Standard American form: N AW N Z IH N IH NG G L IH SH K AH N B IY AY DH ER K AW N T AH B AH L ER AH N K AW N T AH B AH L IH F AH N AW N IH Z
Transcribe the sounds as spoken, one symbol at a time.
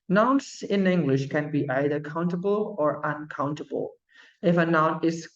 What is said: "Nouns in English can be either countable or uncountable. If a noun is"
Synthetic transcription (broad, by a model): N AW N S IH N IH NG G L IH SH K AH N B IY AY DH ER K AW N T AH B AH L ER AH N K AW N T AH B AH L IH F AH N AW N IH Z